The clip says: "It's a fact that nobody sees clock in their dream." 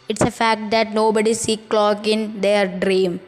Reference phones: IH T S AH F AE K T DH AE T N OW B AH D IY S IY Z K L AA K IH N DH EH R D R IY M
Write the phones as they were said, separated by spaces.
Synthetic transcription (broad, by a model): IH T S AH F AE K T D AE T N OW B AH D IY S IY K L AA K IH N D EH R D R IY M